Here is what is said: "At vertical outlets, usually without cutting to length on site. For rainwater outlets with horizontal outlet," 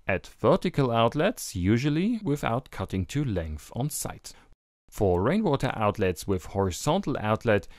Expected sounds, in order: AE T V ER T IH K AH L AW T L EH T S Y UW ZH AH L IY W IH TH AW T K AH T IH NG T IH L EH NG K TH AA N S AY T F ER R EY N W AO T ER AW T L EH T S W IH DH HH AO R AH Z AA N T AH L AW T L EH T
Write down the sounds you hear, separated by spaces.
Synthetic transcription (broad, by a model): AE T V ER T IH K AH L AW T L EH T S Y UW ZH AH L IY W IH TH AW T K AH T IH NG T IH L EH NG K TH N S AY T F ER R EY N W AO T ER AW T L EH T S W IH DH HH AO R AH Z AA N T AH L AW T L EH T